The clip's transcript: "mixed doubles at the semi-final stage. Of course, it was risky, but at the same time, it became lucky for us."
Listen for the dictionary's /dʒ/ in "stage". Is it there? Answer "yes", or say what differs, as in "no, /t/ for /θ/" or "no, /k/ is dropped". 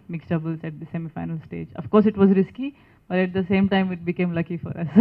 yes